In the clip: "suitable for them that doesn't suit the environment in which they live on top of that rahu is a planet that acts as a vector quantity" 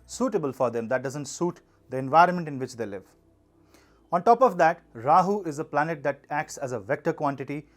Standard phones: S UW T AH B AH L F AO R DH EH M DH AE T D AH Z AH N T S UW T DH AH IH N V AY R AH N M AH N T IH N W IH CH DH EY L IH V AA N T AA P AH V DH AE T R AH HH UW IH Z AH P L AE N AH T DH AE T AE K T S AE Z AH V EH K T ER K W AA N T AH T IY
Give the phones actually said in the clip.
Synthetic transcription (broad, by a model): S UW T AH B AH L F AO R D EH M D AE T D AH Z AH N T S UW T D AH IH N V AY R AH N M AH N T IH N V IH CH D EY L IH V AA N T AA P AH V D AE T R AH HH UW IH Z AH P L AE N AH T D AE T AE K T S AE Z AH V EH K T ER K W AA N T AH T IY